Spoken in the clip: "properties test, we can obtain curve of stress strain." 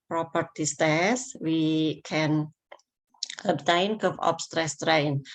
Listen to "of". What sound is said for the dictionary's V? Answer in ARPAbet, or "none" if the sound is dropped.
P